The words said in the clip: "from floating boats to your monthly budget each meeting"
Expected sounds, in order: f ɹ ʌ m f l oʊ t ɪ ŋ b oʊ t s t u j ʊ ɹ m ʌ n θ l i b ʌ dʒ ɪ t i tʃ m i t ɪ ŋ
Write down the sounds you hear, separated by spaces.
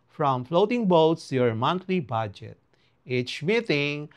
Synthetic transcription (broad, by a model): f ɹ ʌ m f l oʊ t ɪ ŋ b oʊ t s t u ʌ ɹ m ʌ n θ l i b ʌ dʒ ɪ t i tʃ m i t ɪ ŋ